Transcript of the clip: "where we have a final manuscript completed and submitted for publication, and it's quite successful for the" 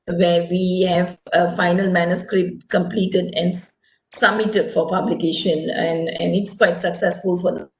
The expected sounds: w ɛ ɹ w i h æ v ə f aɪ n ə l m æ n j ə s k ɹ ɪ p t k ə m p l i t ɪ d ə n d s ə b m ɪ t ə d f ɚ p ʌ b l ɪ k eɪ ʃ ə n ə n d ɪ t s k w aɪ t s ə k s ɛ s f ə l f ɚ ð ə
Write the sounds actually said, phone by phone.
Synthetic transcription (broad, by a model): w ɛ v i h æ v ə f aɪ n ə l m æ n j ə s k ɹ ɪ p t k ə m p l i t ɪ d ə n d s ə m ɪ t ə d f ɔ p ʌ b l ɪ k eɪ ʃ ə n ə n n ɪ t s k w aɪ t s ə k s ɛ s f ə l f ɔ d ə